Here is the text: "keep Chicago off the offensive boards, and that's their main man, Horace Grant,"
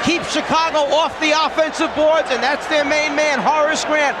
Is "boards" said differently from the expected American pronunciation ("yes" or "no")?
no